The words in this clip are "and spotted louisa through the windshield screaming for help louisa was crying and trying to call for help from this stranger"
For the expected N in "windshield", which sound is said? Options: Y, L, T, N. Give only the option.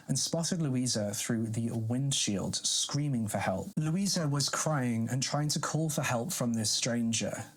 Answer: N